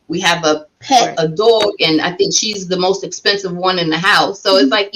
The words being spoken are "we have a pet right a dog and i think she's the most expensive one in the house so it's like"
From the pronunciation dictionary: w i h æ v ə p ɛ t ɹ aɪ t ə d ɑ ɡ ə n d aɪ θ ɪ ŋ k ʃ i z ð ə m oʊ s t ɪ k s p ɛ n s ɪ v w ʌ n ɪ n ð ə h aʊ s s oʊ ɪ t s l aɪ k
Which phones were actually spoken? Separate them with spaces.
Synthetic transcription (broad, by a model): w i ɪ v ə p ɛ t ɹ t ə d ɑ ɡ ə n aɪ θ ɪ ŋ k ʃ i z ð ə m oʊ s t ɪ k s p ɛ n s ɪ v w ʌ n ɪ n ð ə h aʊ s s oʊ ɪ t s l aɪ k